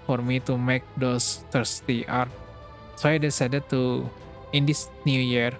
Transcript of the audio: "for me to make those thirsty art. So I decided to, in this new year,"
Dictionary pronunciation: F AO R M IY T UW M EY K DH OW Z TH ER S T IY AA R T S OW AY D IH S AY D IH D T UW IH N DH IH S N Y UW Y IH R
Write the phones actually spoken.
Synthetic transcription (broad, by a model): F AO R M IY T UW M EY K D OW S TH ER S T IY AA R T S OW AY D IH S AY D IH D T UW IH N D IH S N Y UW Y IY R